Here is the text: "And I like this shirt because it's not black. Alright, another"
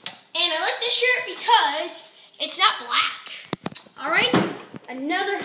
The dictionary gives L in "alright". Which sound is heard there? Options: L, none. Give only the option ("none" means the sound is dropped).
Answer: L